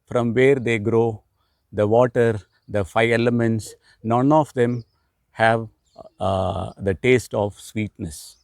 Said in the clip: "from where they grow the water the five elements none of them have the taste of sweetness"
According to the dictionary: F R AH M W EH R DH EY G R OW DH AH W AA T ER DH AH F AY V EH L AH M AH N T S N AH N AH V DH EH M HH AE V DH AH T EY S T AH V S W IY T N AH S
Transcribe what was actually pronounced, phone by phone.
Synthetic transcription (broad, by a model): F R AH M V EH R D EY G R OW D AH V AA T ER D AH F AY EH L AH M AH N T S N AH N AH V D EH M HH AE V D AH T EY S T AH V S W IY T N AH S